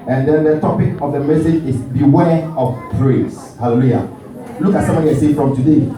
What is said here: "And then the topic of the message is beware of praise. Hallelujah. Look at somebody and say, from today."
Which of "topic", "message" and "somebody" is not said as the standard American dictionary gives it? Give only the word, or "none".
somebody